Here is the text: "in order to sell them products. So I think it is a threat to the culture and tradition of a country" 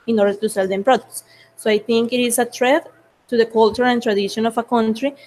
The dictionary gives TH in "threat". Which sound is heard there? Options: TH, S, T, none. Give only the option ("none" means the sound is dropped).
T